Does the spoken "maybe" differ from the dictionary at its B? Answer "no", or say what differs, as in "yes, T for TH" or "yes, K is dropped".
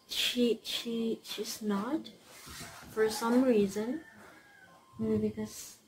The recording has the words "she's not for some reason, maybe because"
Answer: yes, B is dropped